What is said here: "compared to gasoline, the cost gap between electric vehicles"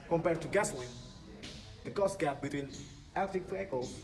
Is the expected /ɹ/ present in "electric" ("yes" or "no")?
no